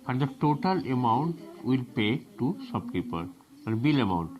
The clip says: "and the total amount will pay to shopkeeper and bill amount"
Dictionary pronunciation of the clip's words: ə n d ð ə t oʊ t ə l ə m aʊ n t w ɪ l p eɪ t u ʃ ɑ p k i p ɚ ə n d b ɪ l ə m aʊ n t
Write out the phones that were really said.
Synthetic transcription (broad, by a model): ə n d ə t oʊ t ə l ə m aʊ n t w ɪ l p eɪ t u s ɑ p k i p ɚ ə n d b ɪ l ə m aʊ n t